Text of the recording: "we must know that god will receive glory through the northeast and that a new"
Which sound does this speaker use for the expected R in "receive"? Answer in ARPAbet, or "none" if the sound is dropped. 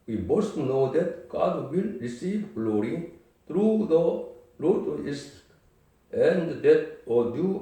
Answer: R